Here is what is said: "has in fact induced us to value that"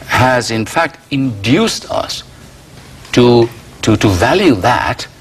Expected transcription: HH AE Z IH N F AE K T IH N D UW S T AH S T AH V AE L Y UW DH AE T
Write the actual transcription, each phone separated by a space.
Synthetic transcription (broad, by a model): HH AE Z IH N F AE K T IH N D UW S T AH S T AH V AE L Y UW DH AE T